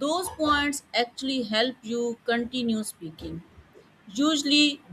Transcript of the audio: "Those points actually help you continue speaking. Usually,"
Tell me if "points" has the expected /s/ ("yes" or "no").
yes